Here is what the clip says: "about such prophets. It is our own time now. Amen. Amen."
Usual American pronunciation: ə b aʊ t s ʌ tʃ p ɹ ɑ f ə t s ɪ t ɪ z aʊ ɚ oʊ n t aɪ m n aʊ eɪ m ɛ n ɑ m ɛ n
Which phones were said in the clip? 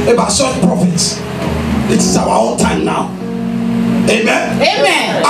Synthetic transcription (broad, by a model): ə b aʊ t s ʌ p ɹ ɑ f ə t s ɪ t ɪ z aʊ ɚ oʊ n t aɪ m n aʊ eɪ m ɛ n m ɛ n